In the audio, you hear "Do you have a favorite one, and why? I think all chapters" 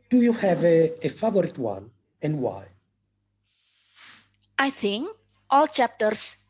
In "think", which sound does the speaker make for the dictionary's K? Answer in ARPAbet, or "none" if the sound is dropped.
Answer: K